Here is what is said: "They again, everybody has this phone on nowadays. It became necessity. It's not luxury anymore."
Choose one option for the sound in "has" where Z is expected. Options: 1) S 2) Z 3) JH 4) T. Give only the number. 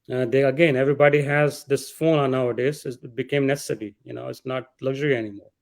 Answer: 2